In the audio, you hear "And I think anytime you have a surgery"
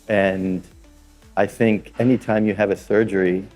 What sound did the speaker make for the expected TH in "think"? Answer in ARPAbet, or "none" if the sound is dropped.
TH